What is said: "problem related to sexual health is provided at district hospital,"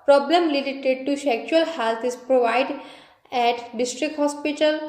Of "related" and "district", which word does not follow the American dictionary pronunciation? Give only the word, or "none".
related